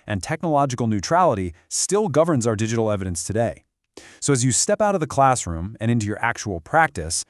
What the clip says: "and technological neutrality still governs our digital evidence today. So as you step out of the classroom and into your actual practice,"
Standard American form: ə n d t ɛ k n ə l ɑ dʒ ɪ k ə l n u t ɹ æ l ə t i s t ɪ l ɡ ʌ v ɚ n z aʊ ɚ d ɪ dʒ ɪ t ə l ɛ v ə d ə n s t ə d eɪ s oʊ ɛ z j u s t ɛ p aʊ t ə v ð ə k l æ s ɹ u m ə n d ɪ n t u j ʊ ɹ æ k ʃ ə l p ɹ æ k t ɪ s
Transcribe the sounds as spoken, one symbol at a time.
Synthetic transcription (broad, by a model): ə n t ɛ k n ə l ɑ dʒ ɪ k l n u t ɹ æ l ə t i s t ɪ l ɡ ʌ v ɚ n z aʊ ɚ d ɪ dʒ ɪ t l ɛ v ə d ə n s t ə d eɪ s oʊ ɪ z j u s t ɛ p aʊ t ə v ð ə k l æ s ɹ u m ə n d ɪ n t u j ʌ ɹ æ k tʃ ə l p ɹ æ k t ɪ s